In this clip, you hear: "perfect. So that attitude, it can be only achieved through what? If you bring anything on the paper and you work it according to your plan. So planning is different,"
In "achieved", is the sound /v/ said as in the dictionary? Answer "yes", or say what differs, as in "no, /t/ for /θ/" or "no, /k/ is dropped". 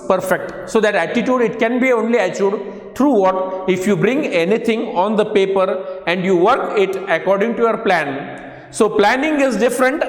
no, /v/ is dropped